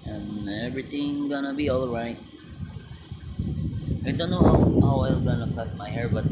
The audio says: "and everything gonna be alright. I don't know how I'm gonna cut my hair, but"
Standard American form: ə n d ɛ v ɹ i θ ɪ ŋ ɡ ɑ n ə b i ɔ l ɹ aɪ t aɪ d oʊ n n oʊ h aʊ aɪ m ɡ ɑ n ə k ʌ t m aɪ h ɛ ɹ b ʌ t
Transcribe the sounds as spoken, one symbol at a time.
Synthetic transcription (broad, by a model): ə n ɛ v ɹ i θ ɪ ŋ ɡ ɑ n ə b i ɔ l ɹ aɪ t aɪ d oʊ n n oʊ h aʊ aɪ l ɡ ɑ n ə k ʌ t m aɪ h ɛ ɹ b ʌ t